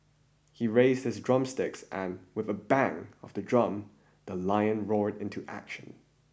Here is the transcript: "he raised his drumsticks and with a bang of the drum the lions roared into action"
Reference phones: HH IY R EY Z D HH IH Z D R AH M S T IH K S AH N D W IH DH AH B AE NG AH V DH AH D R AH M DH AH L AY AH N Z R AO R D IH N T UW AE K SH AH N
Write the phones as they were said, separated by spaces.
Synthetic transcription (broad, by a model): HH IY R EY Z D HH IH Z D R AH M S T IH K S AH N W IH DH AH B AE NG AH V DH AH D R AH M DH AH L AY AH N R AO R D IH N T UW AE K SH AH N